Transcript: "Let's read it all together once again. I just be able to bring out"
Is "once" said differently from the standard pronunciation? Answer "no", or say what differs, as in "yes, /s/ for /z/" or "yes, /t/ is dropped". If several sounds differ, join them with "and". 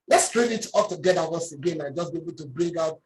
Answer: yes, /n/ is dropped